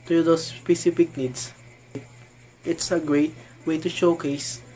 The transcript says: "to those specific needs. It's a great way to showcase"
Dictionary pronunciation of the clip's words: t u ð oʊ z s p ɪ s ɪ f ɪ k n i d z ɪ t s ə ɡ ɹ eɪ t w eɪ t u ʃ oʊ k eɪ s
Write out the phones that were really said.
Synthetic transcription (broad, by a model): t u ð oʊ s p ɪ s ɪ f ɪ k n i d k ɪ t s ə ɡ ɹ eɪ t w eɪ t u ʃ oʊ k eɪ s